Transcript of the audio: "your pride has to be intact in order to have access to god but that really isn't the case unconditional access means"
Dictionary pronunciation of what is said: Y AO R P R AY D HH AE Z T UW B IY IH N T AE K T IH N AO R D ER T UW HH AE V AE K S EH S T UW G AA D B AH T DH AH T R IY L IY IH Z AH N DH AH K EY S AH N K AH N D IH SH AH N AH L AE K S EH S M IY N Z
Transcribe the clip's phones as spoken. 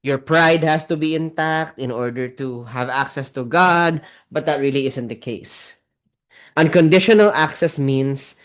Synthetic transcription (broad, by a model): Y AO R P R AY D HH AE S T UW B IY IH N T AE K T IH N AO R D ER T UW HH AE V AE K S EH S T UW G AA D B AH T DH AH T R IY L IY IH S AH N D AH K EY S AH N K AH N D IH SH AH N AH L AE K S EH S M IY N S